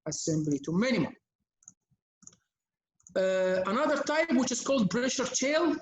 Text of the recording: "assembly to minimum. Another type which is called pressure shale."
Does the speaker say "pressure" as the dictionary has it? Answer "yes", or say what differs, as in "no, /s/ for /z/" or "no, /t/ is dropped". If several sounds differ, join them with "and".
no, /b/ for /p/